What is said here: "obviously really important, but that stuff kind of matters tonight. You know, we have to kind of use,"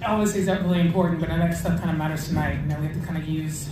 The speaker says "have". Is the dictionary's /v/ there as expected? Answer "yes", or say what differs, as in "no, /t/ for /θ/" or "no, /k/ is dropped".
no, /f/ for /v/